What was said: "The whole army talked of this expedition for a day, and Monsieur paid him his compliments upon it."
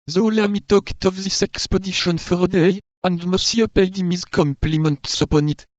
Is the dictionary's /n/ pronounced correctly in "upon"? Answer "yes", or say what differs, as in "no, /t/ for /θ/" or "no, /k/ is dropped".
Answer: yes